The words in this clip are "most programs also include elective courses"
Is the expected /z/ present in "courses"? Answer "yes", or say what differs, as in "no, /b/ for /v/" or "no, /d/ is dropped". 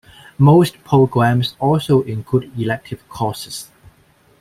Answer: no, /s/ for /z/